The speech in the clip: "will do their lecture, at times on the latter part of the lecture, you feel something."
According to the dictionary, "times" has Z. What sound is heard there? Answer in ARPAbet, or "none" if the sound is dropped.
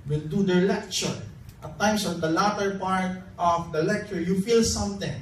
S